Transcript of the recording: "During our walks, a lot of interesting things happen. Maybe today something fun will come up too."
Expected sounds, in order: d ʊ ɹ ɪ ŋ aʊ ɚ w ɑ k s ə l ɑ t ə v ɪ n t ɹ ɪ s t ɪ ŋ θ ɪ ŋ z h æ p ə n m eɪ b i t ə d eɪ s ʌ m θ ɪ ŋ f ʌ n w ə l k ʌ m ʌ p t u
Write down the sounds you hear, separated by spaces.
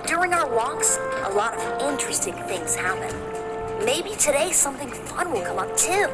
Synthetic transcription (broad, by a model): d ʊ ɹ ɪ ŋ aʊ ɚ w ɑ k s ə l ɑ t ə v ɪ n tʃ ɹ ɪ s t ɪ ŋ θ ɪ ŋ z h æ p ə n m eɪ b i t ə d eɪ s ʌ m θ ɪ ŋ f ʌ n w ə l k ʌ m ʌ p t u